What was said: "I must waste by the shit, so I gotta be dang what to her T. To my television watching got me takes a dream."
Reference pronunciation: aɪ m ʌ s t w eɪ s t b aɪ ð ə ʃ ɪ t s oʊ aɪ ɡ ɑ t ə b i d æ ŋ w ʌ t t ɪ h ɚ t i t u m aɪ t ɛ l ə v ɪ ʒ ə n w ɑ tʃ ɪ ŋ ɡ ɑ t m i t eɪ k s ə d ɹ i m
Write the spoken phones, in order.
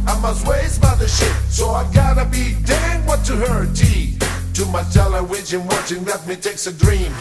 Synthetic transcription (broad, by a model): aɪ m ʌ s t w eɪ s b aɪ ð ə ʃ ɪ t s oʊ aɪ ɡ ɑ t ə b i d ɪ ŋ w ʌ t t ɪ h ɚ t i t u m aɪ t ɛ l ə w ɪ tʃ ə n w ɑ tʃ ɪ ŋ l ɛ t m i t eɪ k s ə d ɹ i m